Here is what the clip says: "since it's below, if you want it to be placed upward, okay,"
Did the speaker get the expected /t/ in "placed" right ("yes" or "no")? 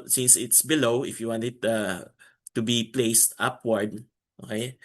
yes